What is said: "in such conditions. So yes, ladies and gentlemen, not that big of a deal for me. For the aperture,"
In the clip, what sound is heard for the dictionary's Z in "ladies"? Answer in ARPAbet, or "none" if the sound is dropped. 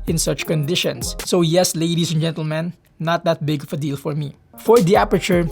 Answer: S